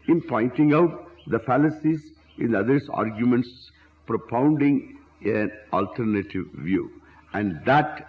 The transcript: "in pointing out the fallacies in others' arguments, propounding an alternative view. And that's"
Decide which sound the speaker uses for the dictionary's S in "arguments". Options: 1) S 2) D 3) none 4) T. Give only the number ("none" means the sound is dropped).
1